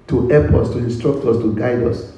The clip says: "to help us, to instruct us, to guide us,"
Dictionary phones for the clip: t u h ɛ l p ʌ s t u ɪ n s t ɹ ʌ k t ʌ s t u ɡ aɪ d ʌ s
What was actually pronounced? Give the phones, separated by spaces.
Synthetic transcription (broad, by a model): t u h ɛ p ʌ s t u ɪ n s t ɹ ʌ k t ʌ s t u ɡ aɪ d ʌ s